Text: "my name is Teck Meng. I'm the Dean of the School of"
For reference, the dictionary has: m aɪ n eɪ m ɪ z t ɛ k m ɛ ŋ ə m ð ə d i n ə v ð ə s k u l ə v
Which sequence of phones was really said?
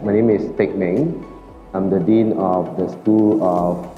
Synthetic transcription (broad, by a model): m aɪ n eɪ m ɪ s t ɛ k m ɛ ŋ ə m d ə d i n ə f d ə s k u l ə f